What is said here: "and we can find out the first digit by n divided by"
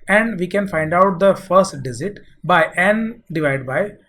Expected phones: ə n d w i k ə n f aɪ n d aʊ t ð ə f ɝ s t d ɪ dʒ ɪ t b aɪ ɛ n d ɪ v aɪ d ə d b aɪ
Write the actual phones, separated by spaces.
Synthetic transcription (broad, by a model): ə n d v i k ə n f aɪ n d aʊ t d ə f ɝ s t d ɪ z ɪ t b aɪ ɛ n d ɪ v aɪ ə d b aɪ